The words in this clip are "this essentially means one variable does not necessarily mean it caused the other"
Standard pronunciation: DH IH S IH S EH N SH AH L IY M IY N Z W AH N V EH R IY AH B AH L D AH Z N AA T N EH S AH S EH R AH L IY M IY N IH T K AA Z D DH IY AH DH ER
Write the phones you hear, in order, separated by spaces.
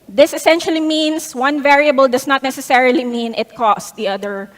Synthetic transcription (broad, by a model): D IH S IH S EH N SH AH L IY M IY N S W AH N V EH R IY AH B AH L D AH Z N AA T N EH S AH S EH R AH L IY M IY N IH T K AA S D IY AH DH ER